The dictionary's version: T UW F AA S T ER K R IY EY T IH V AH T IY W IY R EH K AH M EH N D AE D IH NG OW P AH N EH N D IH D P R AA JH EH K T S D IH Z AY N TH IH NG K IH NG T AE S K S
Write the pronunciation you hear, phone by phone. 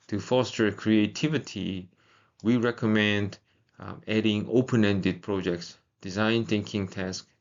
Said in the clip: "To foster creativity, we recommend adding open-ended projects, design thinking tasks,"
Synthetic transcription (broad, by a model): T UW F AA S T ER K R IY EY T IH V AH T IY W IY R EH K AH M EH N D AE D IH NG OW P AH N EH N D IH D P R AA JH EH K T S D IH Z AY N TH IH NG K IH NG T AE S K